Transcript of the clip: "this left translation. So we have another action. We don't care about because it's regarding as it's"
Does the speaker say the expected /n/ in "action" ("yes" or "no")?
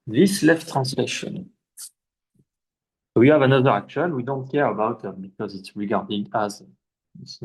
no